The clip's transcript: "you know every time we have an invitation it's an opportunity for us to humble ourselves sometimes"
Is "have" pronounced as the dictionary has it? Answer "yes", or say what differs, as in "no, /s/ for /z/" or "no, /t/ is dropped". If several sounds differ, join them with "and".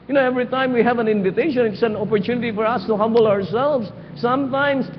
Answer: yes